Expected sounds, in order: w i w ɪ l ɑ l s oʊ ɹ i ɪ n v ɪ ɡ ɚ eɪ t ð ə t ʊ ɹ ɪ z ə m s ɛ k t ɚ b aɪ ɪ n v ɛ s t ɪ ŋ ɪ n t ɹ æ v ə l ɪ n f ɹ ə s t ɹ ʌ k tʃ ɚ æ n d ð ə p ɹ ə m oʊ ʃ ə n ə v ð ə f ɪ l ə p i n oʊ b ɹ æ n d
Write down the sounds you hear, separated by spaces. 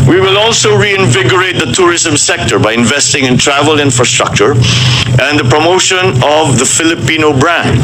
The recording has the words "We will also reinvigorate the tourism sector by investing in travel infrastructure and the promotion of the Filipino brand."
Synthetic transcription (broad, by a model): w i w ɪ l ɑ l s oʊ ɹ i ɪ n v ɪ ɡ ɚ eɪ t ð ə t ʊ ɹ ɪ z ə m s ɛ k t ɚ b aɪ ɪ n v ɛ s t ɪ ŋ ɪ n t ɹ æ v ə l ɪ n f ɹ ə s t ɹ ʌ k tʃ ɚ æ n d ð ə p ɹ ə m oʊ ʃ ə n ə v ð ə f ɪ l ə p i n oʊ b ɹ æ n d